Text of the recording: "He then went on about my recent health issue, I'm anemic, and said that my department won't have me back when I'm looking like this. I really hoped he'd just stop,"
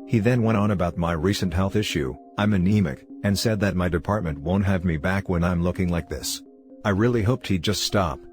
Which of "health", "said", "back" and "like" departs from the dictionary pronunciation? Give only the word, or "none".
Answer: none